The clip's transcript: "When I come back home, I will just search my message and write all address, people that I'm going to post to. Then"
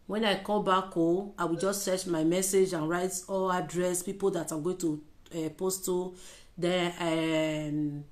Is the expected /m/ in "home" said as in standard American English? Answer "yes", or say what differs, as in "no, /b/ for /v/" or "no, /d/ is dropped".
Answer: no, /m/ is dropped